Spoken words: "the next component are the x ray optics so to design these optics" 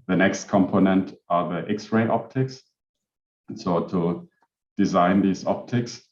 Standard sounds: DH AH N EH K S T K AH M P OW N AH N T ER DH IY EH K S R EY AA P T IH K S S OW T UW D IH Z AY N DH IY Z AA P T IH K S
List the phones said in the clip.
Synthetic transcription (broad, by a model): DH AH N EH K S T K AH M P OW N AH N T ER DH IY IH K S R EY AA P T IH K S S OW T UW D IH Z AY N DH IY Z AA P T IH K S